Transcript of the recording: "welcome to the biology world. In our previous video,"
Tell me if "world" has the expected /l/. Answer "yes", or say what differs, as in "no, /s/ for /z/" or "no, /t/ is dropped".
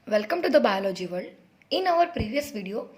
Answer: no, /l/ is dropped